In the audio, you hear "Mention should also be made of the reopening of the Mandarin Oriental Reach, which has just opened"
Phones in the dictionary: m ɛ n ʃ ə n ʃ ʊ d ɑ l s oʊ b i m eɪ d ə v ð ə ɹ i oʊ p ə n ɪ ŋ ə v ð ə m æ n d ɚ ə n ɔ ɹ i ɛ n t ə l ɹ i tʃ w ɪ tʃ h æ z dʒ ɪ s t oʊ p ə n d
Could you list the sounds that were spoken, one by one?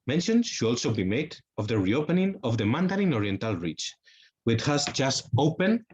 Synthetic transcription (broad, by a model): m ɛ n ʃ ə n ʃ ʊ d ɑ l s oʊ b i m eɪ d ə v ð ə ɹ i oʊ p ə n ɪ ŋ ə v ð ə m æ n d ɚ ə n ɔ ɹ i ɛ n t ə l ɹ i tʃ w ɪ tʃ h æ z dʒ ɪ s t oʊ p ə n